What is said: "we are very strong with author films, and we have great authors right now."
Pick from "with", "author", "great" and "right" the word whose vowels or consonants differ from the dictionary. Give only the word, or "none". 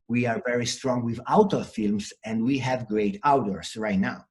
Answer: author